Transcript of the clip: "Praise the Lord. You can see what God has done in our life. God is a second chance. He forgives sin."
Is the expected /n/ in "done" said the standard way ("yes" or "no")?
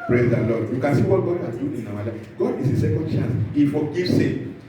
no